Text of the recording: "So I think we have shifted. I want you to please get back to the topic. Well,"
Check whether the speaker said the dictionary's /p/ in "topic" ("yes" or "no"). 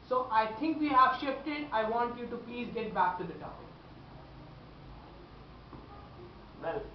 no